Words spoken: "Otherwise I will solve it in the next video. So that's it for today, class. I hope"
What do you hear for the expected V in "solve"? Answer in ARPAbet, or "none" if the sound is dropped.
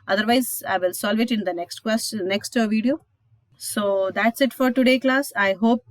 V